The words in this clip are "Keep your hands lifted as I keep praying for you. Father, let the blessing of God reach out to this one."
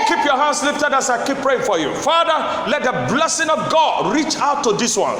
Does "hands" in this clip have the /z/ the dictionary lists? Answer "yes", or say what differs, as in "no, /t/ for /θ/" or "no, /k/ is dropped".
no, /s/ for /z/